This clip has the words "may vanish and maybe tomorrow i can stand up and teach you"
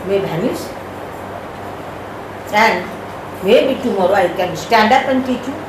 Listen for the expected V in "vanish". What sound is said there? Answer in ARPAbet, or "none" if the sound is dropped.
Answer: B